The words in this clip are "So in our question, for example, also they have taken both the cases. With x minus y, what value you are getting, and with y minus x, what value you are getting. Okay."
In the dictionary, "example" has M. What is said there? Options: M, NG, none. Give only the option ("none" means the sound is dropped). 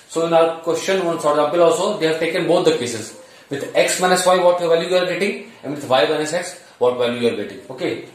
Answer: none